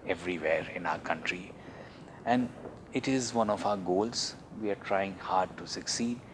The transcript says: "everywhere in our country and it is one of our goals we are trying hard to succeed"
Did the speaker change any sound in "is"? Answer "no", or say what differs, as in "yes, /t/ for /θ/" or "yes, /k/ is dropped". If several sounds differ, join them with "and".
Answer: no